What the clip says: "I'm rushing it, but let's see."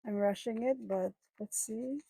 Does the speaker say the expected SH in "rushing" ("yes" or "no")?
yes